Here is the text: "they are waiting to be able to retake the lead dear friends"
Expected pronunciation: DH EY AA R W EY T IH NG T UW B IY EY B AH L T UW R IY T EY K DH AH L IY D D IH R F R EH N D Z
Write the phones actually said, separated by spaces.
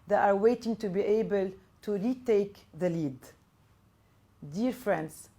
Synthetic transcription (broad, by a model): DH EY AA R W EY T IH NG T UW B IY EY B AH L T UW R IY T EY K DH AH L IY D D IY R F R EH N D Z